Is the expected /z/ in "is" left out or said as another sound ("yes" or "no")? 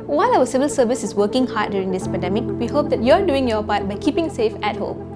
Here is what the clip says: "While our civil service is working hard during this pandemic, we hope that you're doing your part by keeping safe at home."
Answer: yes